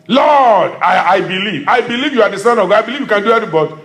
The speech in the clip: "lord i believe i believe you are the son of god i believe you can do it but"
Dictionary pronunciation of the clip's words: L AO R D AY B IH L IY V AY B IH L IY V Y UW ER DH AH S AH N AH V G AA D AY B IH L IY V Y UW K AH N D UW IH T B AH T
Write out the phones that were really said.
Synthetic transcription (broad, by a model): L AO D AY B IH L IY V AY B IH L IY V Y UW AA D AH S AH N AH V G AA AY B IH L IY V Y UW K AH N D UW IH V B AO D